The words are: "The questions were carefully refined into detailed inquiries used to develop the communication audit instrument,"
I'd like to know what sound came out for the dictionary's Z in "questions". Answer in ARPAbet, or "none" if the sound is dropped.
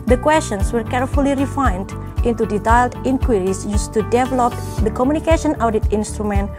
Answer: S